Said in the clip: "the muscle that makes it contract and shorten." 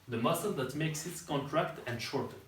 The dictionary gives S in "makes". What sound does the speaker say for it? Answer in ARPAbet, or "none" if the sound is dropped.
S